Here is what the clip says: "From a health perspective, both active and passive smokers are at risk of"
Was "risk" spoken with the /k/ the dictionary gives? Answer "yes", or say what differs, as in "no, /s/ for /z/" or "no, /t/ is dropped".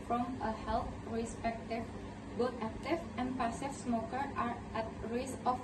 no, /k/ is dropped